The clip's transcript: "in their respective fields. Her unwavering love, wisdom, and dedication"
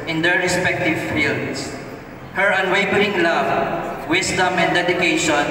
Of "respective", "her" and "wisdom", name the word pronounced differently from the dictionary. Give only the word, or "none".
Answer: wisdom